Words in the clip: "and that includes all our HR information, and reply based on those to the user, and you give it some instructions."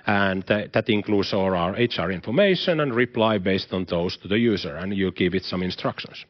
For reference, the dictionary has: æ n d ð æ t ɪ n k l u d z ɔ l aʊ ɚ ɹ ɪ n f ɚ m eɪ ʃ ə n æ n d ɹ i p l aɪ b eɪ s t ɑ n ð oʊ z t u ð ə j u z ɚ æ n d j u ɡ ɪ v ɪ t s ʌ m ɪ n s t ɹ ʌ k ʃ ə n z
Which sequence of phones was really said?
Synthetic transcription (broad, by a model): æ n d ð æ t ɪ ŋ k l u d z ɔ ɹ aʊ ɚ ɹ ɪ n f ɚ m eɪ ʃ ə n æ n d ɹ i p l aɪ b eɪ s t ɑ n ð oʊ s t u ð ə j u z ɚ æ n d j u ɡ ɪ v ɪ t s ʌ m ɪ n s t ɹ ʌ k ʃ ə n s